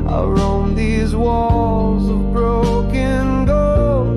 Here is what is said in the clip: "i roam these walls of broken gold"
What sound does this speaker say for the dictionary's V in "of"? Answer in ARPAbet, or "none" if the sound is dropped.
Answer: V